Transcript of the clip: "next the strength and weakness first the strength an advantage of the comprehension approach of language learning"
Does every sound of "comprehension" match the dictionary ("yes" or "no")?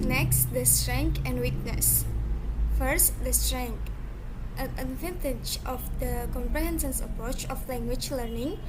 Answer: no